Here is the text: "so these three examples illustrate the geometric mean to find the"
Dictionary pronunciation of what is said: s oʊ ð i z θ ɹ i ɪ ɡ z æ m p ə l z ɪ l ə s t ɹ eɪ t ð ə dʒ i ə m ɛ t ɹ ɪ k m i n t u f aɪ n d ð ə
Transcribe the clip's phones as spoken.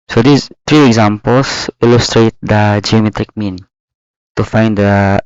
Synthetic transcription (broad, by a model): s oʊ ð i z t ɹ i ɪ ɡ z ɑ m p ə l s ɪ l ə s t ɹ eɪ t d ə dʒ i ə m ɛ t ɹ ɪ k m i n t u f aɪ n d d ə